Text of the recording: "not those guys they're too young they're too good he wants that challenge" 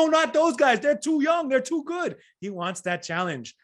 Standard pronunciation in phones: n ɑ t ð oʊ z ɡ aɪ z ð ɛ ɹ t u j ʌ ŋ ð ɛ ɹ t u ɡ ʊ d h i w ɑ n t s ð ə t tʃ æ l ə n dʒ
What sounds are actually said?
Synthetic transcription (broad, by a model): n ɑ t ð oʊ z ɡ aɪ z ð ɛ ɹ t u j ʌ ŋ ð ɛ ɹ t u ɡ ʊ d h i w ɑ n t s ð ə t tʃ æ l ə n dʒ